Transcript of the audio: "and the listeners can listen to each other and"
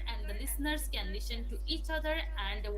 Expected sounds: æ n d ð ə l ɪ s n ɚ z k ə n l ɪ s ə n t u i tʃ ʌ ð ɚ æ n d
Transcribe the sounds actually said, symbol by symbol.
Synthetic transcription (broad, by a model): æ n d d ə l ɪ s n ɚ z k ə n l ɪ ʃ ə n t u i tʃ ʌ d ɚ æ n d